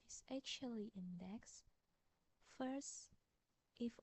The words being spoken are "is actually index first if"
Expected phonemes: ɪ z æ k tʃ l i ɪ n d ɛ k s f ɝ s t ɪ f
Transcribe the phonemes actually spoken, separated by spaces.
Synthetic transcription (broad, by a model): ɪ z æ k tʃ l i ɪ n d ɛ k s f ɝ s t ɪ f